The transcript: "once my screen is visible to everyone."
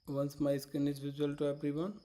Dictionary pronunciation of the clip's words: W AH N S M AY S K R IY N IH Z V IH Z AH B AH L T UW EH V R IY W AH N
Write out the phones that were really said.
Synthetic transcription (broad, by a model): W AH N S M AY S K R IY N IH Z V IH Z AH AH L T UW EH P R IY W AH N